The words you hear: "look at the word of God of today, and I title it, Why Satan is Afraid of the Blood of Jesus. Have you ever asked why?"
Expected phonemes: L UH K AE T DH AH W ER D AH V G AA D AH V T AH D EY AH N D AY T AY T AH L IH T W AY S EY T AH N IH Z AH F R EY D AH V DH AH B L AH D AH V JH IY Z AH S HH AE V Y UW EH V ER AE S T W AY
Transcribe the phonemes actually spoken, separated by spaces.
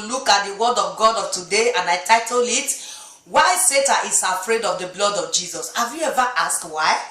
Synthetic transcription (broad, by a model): L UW K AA T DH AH W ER D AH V G AA D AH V T AH D EY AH N AY T AY T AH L IH T W AY S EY T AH IH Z AH F R EY D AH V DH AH B L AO D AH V JH IY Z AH S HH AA V Y UW EH V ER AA S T W AY